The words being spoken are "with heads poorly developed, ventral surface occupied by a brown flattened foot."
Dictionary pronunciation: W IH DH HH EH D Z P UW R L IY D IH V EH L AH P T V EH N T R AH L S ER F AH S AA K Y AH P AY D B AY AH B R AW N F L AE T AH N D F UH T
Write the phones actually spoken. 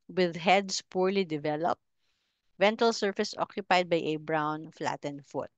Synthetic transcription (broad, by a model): W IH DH HH EH D S P UW R L IY D IH V EH L AH P T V EH N T AH L S ER F AH S AA K Y AH P AY D B AY AH B R AW N F L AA T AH N F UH T